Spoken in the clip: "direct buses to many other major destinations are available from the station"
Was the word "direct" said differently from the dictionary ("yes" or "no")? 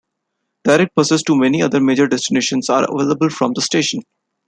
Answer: yes